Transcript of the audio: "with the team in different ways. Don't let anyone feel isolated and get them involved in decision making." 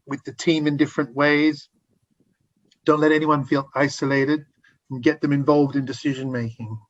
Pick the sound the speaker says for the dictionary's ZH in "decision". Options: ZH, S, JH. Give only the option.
ZH